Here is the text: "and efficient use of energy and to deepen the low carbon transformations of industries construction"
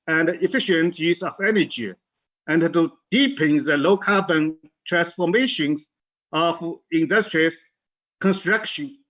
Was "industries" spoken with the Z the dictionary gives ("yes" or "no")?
no